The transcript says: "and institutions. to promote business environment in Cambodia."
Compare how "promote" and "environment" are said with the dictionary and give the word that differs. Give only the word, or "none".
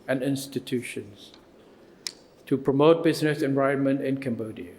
environment